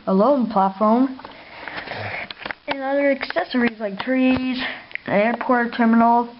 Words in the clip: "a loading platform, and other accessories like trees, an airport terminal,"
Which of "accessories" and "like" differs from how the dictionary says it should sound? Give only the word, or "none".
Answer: none